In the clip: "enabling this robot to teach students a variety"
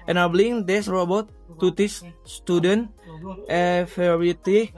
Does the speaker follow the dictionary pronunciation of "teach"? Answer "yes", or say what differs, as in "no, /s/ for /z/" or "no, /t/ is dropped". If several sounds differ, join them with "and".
no, /s/ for /tʃ/